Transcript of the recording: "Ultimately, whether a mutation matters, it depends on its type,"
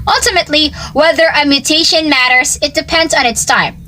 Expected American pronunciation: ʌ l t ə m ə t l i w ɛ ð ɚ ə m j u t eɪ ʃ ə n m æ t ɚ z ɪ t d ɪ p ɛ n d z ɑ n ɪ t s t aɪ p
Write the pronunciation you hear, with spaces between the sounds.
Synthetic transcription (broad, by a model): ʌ l t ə m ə t l i w ɛ ð ɚ ə m j u t eɪ ʃ ə n m æ t ɚ z ɪ t d ɪ p ɛ n d z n ɪ t s t aɪ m